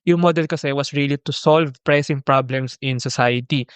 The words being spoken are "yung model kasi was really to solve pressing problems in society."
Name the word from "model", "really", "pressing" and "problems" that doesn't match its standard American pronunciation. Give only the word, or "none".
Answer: problems